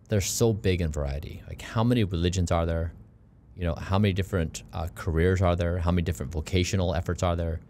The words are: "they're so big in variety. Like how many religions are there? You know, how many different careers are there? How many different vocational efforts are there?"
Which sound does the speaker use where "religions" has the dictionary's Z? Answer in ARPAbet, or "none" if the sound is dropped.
Z